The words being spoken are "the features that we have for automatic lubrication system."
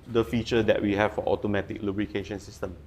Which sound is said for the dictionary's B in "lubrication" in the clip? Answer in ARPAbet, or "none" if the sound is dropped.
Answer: B